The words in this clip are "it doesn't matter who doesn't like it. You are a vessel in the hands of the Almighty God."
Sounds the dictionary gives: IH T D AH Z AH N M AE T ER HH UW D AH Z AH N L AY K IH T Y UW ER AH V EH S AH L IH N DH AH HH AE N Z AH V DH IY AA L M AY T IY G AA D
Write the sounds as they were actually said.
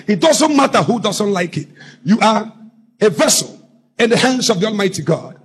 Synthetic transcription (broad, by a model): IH T D AH Z AH N M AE T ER HH UW D AH Z AH N L AY K IH T Y UW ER AH V EH S AH L IH N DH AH HH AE N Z AH V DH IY AA L M AY T IY G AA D